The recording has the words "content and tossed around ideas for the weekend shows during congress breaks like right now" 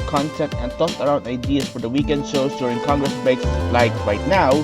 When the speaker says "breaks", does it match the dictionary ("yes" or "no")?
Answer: no